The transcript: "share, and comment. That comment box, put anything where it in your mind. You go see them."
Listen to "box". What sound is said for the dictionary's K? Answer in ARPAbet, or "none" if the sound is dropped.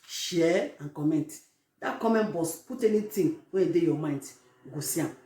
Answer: none